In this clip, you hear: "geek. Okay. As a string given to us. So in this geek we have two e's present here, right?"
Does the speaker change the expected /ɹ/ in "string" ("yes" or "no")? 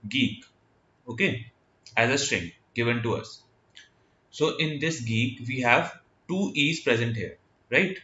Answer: no